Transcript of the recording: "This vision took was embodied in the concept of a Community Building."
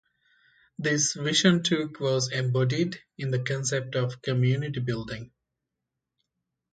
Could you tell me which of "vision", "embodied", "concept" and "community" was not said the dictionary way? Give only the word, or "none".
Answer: vision